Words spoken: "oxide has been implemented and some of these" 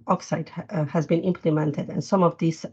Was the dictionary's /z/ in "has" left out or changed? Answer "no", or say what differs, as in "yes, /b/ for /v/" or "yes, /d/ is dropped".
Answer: no